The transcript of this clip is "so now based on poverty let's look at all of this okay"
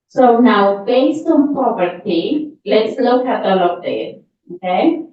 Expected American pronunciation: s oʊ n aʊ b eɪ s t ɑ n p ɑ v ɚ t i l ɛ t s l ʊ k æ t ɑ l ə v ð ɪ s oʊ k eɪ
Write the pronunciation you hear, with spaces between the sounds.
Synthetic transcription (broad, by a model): s oʊ n aʊ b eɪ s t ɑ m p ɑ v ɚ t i l ɛ t s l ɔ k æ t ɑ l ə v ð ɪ oʊ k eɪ